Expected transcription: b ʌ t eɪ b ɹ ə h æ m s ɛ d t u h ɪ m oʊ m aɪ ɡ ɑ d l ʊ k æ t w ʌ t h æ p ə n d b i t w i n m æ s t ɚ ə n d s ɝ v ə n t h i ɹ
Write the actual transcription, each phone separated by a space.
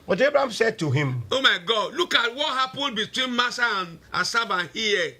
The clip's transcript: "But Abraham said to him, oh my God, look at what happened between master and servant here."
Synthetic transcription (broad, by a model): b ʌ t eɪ b ɹ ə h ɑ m s ɛ d t u h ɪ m oʊ m aɪ ɡ ɑ d l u k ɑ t w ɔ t h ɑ p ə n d b i t w i n m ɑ s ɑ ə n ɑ s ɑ b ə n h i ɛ